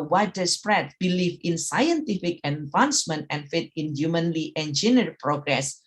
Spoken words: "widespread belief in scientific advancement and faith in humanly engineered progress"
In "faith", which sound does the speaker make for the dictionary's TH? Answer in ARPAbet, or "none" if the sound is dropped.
T